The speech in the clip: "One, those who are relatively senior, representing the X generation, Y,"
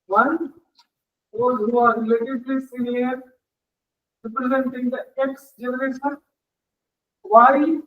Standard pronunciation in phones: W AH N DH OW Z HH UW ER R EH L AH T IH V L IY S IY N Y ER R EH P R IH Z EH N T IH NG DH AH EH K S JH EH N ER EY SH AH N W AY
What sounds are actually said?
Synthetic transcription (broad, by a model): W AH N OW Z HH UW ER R L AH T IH P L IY S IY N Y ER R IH P R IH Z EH N T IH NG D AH EH K S JH EH N ER EY SH AH N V AY